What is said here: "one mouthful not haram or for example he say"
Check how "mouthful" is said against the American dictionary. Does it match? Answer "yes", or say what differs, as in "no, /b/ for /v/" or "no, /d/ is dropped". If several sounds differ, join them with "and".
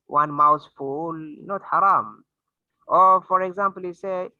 no, /s/ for /θ/